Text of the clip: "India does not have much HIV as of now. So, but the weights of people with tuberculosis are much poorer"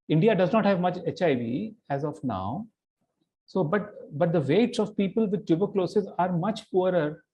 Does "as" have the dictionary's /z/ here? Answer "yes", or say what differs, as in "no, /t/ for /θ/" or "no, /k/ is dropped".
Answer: yes